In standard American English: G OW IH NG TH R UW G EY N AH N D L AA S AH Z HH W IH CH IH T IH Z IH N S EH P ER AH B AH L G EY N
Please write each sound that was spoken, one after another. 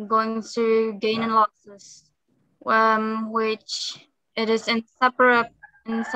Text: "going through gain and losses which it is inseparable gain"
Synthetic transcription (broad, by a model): G OW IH NG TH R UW G EY N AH N L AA S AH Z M W IH CH IH T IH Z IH N S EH P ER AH AH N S